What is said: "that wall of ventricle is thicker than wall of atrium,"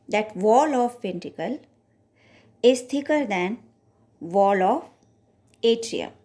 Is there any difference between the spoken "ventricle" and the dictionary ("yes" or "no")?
yes